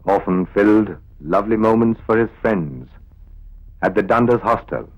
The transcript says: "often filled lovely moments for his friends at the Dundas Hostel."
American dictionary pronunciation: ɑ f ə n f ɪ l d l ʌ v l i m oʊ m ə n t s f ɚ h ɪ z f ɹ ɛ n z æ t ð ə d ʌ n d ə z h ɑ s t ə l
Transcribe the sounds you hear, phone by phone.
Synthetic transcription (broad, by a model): ɑ f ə n f ɪ l d l ʌ v l i m oʊ m ə n t s f ɚ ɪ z f ɹ ɛ n z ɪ t ð ə d ʌ n d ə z h ɑ s t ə l